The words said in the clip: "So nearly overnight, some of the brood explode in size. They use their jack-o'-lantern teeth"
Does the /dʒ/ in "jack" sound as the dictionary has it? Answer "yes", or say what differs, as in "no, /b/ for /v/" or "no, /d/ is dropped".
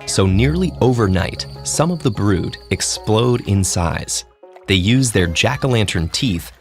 yes